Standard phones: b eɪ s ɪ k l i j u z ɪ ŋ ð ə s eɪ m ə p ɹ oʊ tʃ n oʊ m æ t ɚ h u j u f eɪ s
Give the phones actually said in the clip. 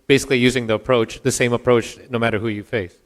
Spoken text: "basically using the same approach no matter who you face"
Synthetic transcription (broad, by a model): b eɪ s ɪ k l i j u z ɪ ŋ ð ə s eɪ m ə p ɹ oʊ tʃ n oʊ m æ t ɚ h u j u f eɪ s